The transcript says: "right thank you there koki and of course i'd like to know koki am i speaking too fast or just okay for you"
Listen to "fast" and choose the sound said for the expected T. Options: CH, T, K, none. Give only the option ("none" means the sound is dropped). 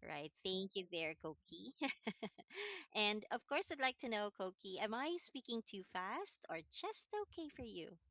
T